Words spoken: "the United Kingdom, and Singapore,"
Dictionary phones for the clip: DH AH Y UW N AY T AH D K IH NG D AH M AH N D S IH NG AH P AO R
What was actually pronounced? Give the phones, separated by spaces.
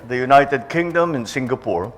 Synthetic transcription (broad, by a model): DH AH Y UW N AY T AH D K IH NG D AH M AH N S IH NG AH P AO R